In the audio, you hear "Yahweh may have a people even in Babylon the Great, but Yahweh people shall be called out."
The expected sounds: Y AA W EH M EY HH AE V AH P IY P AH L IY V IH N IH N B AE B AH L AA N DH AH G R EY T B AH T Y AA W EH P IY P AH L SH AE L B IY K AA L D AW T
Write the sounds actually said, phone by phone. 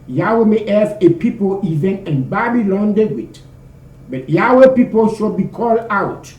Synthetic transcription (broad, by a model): Y AA W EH M EY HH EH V AH P IY P AH L IY V IH N IH N B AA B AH L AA N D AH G W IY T B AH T Y AA W EH P IY P AH L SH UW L B IY K AA L D AW T